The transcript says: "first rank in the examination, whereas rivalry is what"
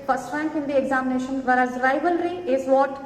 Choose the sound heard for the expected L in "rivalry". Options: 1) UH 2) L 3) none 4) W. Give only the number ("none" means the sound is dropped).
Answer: 2